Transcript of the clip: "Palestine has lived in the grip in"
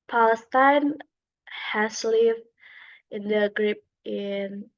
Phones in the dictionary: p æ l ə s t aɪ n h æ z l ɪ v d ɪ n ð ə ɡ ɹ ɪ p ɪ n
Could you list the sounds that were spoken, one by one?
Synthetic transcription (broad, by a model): p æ l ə s t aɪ n h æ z l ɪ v ɪ n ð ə ɡ ɹ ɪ p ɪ n